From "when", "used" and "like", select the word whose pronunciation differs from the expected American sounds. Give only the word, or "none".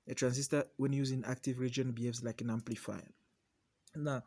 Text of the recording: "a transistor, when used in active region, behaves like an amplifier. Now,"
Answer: used